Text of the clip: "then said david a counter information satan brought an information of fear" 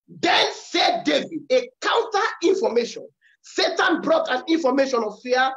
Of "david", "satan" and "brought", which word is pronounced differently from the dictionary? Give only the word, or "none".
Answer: none